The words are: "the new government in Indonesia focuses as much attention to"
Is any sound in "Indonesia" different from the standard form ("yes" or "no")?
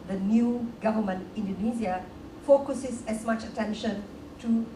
yes